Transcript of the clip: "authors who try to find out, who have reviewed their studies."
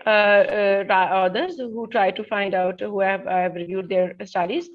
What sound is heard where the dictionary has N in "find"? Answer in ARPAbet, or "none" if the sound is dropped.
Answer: N